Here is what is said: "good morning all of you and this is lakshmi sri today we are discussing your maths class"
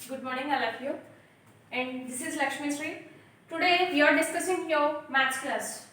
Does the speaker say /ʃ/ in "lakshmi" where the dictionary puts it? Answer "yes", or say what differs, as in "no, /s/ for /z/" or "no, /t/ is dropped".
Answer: yes